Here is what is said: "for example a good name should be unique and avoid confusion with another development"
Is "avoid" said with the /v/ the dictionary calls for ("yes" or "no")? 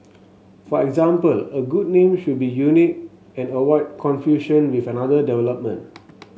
no